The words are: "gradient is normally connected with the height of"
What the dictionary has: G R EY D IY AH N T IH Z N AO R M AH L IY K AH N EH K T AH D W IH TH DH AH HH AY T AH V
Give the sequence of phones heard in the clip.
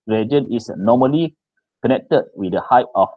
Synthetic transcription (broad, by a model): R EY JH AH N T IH S N AO M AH L IY K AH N EH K T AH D W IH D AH HH AY T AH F